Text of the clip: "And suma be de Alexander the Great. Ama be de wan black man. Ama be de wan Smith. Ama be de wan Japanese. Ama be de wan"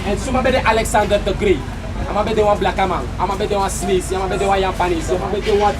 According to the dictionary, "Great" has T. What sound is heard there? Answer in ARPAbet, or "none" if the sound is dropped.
none